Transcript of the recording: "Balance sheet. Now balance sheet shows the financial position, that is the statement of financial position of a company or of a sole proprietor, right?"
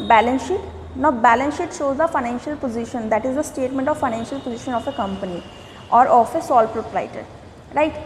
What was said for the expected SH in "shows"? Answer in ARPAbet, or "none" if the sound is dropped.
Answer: SH